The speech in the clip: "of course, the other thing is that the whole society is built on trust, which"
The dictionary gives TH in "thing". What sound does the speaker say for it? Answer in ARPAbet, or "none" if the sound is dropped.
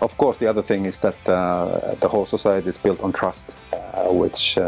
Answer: TH